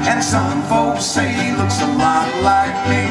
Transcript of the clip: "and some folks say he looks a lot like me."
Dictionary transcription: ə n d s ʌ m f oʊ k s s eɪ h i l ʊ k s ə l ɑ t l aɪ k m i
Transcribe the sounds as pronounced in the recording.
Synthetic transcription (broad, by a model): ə n s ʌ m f oʊ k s s eɪ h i l ʊ k s ə l ɑ t l aɪ k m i